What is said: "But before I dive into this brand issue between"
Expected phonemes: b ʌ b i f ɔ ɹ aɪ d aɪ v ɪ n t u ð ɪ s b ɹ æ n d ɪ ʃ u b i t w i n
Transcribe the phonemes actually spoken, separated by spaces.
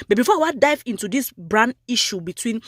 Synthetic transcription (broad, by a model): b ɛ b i f ɔ w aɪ d aɪ v ɪ n t u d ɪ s b ɹ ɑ n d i ʃ u b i t w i n